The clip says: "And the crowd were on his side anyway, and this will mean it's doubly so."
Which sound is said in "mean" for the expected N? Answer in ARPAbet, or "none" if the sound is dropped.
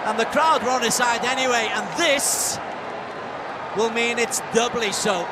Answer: N